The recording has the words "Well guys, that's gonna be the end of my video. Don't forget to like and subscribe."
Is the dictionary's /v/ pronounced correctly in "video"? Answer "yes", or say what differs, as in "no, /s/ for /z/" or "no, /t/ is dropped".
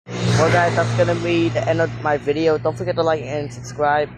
yes